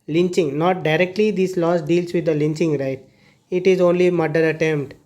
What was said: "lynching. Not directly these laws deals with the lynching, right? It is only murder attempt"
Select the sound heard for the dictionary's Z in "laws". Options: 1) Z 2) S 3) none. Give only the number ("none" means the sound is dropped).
2